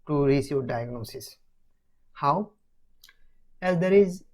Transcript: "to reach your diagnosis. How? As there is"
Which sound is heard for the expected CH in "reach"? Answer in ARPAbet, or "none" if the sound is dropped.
S